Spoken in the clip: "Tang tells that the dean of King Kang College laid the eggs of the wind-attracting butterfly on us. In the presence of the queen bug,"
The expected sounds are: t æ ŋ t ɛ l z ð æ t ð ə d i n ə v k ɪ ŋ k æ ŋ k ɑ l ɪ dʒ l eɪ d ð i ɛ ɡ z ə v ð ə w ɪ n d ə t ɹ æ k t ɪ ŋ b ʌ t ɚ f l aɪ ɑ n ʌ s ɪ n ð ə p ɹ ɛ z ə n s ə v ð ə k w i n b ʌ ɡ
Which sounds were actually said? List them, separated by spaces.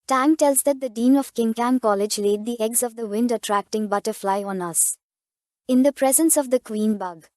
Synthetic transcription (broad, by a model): t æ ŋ t ɛ l z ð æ t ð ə d i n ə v k ɪ ŋ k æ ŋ k ɑ l ɪ dʒ l eɪ d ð i ɛ ɡ z ə v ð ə w ɪ n d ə t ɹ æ k t ɪ ŋ b ʌ t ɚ f l aɪ ɑ n ʌ s ɪ n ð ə p ɹ ɛ z ə n s ə v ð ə k w i n b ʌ ɡ